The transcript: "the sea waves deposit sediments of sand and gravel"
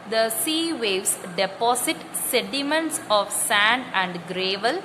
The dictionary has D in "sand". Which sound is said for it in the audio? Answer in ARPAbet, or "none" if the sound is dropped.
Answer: D